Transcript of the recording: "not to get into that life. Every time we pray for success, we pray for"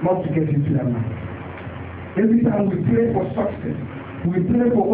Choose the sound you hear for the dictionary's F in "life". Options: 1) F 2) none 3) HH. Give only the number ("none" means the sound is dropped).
2